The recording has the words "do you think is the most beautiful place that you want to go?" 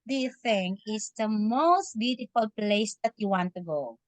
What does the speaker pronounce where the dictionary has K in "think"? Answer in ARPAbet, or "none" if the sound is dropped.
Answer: none